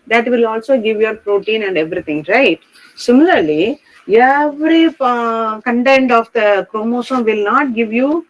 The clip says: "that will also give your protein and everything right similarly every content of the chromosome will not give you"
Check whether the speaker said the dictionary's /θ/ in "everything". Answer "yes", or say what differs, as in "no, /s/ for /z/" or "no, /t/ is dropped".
no, /t/ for /θ/